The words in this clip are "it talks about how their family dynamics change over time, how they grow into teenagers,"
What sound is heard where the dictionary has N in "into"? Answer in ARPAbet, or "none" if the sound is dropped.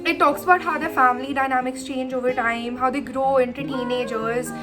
N